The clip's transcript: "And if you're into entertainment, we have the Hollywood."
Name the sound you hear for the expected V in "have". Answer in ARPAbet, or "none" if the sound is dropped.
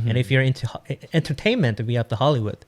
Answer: P